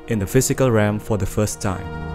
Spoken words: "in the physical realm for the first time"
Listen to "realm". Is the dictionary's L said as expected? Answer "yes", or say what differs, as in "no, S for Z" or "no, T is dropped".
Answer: no, L is dropped